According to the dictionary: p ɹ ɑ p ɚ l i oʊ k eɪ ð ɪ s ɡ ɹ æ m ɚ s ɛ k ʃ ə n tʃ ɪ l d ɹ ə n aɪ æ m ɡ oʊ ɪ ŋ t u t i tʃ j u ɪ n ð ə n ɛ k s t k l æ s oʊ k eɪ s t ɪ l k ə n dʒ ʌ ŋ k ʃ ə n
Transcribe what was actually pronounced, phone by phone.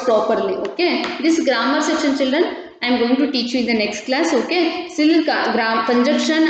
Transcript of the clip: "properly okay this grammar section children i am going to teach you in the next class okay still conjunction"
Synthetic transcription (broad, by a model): p ɹ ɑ p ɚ l i oʊ k eɪ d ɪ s ɡ ɹ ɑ m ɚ s ɛ k ʃ ə n tʃ ɪ l d ɹ ə n aɪ m ɡ oʊ ɪ ŋ t u t i tʃ j u ɪ n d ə n ɛ k s t k l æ s oʊ k eɪ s t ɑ k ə n dʒ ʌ k ʃ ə n